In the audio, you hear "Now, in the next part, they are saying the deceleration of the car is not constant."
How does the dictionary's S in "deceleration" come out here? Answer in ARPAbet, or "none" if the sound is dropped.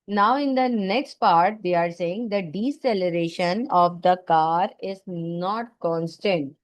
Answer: S